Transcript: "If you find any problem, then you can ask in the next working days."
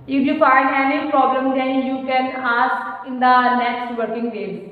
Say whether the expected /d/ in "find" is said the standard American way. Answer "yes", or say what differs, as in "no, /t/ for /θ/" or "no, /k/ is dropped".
no, /d/ is dropped